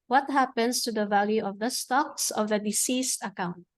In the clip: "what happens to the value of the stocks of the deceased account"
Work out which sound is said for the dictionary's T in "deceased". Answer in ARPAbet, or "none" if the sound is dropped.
T